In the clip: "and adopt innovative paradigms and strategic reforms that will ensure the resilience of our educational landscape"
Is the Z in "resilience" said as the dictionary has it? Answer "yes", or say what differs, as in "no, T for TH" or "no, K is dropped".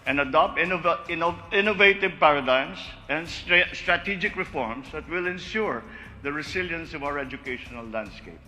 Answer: no, S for Z